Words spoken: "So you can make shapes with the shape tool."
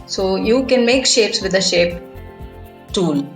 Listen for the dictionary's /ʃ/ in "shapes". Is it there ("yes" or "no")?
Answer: yes